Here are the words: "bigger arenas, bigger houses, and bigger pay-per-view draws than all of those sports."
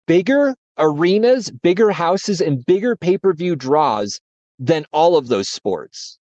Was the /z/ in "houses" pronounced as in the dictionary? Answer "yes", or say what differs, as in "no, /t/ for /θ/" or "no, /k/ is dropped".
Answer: yes